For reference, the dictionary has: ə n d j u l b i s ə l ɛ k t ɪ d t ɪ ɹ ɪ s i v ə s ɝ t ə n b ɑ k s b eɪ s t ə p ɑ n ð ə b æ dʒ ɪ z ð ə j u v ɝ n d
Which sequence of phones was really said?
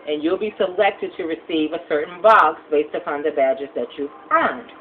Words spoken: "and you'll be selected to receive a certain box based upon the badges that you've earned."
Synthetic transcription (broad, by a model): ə n j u l b i s ə l ɛ k t ɪ d t ɪ ɹ ɪ s i v ə s ɝ t n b ɑ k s b eɪ s t ə p ɑ n ð ə b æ dʒ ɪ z ð ə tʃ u f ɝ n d